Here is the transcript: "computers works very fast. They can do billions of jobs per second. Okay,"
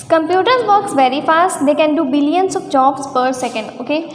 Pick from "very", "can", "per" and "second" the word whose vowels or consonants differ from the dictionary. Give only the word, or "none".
none